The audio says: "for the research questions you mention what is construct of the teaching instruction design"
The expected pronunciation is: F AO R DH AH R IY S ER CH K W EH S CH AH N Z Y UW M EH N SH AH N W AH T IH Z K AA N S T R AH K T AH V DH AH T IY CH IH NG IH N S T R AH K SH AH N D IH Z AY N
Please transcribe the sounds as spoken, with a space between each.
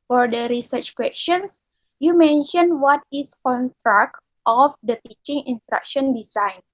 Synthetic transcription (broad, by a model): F AO R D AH R IY S ER CH K W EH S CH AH N S Y UW M EH N SH AH N W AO T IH S K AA N S T R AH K T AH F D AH T IY CH IH NG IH N S T R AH K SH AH N D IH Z AY N